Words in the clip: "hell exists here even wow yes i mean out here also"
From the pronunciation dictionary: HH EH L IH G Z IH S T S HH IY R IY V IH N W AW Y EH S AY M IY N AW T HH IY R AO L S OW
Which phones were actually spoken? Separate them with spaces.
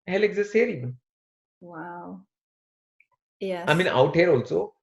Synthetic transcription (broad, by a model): HH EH L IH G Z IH S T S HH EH R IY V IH N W AW Y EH AY M IY N AW T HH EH R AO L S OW